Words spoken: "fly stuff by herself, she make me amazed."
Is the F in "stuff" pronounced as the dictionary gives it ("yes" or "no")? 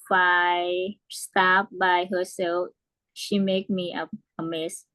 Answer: no